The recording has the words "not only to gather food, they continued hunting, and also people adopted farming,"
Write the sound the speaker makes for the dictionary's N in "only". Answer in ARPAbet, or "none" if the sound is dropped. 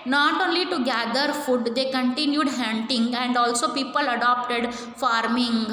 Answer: N